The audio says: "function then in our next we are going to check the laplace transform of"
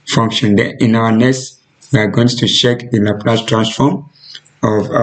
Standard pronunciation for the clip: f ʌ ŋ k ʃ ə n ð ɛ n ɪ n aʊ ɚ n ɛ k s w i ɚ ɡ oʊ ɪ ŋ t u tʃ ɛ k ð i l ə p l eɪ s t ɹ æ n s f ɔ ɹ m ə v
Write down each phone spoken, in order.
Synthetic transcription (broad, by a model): f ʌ ŋ k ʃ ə n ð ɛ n ɪ n aʊ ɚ n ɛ s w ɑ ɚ ɡ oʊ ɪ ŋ t u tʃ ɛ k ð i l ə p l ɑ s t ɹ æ n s f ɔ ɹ m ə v